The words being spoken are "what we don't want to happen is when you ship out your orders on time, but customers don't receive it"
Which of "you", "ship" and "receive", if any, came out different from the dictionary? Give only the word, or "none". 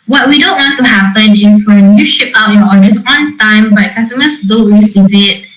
none